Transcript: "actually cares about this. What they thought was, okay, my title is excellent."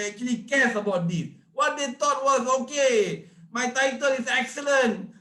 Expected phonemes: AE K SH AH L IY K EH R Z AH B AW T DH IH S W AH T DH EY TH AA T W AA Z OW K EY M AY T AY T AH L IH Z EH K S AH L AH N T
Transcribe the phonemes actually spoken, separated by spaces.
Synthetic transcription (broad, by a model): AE K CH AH L IY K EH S AH B AW T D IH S W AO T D EY T AA T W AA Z OW K EY M AY T AY T AH L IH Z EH K S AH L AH N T